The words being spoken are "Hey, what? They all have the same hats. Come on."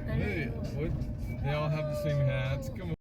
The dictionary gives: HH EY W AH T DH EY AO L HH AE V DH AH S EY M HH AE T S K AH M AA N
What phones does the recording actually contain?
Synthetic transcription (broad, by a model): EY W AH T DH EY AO N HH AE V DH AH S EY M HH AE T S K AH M